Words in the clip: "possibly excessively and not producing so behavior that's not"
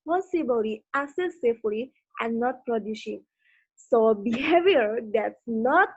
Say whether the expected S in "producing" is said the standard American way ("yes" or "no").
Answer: no